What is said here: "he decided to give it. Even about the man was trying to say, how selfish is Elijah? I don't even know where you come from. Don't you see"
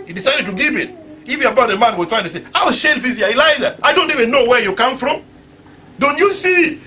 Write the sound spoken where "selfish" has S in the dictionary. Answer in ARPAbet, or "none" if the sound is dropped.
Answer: SH